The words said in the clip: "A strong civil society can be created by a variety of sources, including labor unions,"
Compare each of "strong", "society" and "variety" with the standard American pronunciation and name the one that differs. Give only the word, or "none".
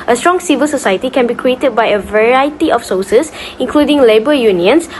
none